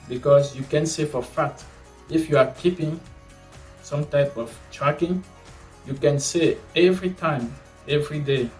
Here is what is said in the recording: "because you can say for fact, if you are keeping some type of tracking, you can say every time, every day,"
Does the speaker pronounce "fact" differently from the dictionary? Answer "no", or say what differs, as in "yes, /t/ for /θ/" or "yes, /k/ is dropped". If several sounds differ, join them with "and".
yes, /k/ is dropped